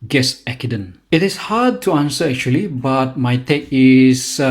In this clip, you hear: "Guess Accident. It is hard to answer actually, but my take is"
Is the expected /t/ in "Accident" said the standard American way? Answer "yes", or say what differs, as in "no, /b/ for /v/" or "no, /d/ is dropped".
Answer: no, /t/ is dropped